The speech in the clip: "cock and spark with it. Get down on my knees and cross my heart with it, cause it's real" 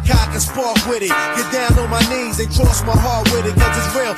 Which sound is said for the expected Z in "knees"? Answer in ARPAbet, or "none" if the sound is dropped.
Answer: Z